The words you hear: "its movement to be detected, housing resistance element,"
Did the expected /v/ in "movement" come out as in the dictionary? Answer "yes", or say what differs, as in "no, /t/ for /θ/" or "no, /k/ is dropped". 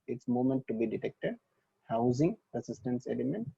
no, /v/ is dropped